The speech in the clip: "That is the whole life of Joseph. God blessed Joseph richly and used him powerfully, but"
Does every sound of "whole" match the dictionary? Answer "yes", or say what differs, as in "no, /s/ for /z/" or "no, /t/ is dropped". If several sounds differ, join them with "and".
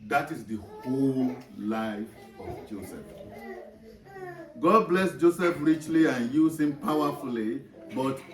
yes